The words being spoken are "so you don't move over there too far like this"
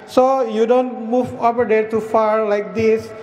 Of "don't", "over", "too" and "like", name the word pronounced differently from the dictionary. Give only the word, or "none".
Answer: over